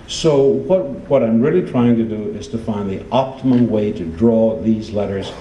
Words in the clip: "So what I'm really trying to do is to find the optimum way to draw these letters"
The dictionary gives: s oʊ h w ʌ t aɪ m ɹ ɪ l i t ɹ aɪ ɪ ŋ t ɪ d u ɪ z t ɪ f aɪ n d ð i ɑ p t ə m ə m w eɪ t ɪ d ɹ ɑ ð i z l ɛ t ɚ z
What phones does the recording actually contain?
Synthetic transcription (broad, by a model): s oʊ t w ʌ t aɪ m ɹ ɪ l i t ɹ aɪ ɪ ŋ t ɪ d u ɪ z t ɪ f aɪ n d ð i ɑ p t ə m ə m w eɪ t ɪ d ɹ ɑ ð i z l ɛ t ɚ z